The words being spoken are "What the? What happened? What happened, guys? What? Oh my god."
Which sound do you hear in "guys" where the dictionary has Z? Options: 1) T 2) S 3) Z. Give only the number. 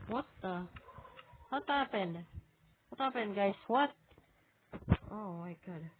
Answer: 2